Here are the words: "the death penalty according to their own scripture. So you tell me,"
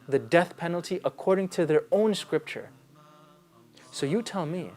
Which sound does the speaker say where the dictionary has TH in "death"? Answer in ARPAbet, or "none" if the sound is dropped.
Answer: TH